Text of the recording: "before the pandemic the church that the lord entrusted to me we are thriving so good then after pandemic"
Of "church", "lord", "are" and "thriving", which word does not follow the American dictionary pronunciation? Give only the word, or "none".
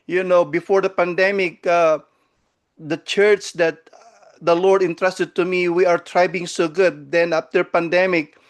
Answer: thriving